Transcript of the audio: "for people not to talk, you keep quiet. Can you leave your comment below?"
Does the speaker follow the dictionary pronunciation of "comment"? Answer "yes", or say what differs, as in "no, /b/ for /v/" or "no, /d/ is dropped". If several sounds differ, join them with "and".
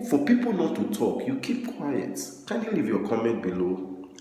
yes